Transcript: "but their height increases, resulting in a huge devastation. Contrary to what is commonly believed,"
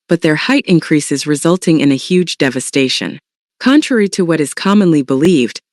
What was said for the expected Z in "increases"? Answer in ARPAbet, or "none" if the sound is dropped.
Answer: Z